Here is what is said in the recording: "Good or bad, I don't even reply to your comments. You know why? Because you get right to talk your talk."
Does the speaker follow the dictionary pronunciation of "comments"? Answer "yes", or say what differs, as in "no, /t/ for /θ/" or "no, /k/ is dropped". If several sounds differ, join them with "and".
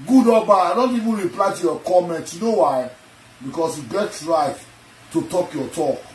no, /s/ is dropped